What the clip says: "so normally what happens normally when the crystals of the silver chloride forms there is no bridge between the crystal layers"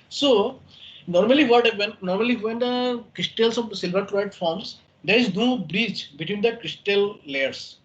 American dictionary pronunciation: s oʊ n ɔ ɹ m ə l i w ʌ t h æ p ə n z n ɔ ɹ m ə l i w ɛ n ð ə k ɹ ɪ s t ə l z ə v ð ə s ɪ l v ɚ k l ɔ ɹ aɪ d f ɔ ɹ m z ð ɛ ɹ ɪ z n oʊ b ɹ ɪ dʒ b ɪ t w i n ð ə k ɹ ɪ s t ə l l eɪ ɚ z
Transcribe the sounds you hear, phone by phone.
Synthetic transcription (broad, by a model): s oʊ n ɔ ɹ m ə l i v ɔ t h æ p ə n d n ɔ ɹ m ə l i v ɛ n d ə k ɹ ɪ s t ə l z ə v s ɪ l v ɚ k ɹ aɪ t f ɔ ɹ m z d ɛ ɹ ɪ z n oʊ b ɹ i tʃ b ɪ t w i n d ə k ɹ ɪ s t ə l l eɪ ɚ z